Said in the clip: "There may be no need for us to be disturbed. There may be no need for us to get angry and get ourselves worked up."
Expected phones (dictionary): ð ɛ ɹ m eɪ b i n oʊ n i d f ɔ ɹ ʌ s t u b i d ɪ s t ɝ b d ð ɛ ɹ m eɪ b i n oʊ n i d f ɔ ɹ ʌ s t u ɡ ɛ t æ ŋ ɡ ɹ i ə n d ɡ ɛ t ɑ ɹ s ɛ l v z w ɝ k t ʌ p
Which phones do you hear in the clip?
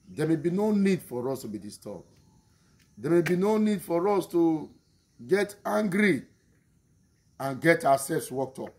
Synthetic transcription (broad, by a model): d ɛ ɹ m eɪ b i n oʊ n i d f ɔ ɹ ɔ s t u b i d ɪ s t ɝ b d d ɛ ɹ m eɪ b i n oʊ n i d f ɔ ɹ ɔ s t u ɡ ɛ t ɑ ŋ ɡ ɹ i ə n ɡ ɛ t ɑ w s ɛ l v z w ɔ k t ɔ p